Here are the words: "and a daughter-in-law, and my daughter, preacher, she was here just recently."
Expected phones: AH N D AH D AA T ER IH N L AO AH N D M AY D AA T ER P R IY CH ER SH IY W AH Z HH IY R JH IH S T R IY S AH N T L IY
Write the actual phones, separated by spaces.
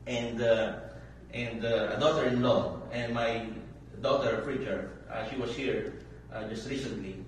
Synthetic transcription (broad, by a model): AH N D AH D AA T ER IH N L AO AH N D M AY D AA T ER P R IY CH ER SH IY W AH S HH IY R JH IH S T R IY S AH N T L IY